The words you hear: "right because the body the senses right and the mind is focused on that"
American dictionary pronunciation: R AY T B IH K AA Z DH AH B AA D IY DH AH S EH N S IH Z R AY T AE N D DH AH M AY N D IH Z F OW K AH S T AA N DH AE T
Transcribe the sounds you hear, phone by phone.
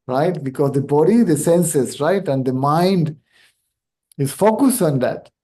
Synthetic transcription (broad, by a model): R AY T B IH K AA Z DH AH B AA D IY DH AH S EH N S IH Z R AY T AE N D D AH M AY N D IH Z F OW K AH S T AA N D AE T